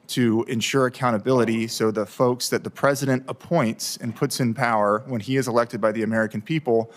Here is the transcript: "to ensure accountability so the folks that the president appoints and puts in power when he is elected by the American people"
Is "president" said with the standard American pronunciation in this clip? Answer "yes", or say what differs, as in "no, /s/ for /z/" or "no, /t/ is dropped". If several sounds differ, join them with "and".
yes